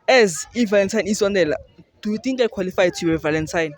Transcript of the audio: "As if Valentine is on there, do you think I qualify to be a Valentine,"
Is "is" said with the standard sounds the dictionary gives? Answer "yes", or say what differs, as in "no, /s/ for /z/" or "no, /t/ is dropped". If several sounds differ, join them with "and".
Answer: no, /s/ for /z/